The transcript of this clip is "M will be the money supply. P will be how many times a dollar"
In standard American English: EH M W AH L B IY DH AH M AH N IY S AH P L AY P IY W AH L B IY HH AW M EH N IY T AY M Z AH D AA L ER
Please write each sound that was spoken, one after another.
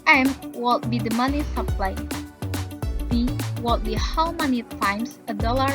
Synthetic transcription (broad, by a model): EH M W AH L B IY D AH M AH N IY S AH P L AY B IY W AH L B IY HH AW M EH N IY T AY M S AH D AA L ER